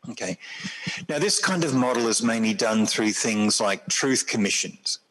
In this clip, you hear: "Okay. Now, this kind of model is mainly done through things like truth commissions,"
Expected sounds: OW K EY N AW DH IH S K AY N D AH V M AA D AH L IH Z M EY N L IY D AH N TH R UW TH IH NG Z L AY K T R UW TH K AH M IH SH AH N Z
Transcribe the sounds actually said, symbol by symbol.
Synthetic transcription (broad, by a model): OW K EY N AW DH IH S K AY N D AH V M AA D L IH Z M EY N L IY D AH N TH R UW TH IH NG Z L AY K T R UW TH K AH M IH SH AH N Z